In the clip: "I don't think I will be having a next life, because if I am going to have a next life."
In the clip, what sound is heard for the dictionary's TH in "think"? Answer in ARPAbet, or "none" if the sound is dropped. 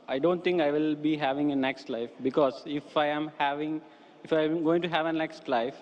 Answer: T